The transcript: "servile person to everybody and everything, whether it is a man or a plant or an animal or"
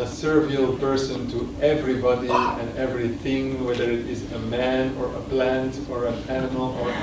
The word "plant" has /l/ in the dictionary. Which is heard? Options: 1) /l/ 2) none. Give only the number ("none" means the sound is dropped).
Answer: 1